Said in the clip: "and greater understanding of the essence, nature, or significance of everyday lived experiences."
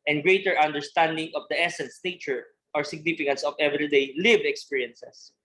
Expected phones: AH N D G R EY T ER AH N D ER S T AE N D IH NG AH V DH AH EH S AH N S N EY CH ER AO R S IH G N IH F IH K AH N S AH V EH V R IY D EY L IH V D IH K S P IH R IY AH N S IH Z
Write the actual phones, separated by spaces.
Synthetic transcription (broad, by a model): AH N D G R EY T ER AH N D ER S T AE N D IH NG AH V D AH EH S AH N S N EY CH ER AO R S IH G N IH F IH K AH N S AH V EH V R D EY L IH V IH K S P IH R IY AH N S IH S